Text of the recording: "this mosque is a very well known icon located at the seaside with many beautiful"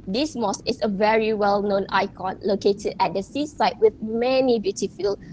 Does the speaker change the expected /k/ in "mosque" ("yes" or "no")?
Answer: yes